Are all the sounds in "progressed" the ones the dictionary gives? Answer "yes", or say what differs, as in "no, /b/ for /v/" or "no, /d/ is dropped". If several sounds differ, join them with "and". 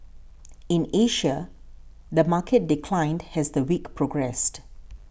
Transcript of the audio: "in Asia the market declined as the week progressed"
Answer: yes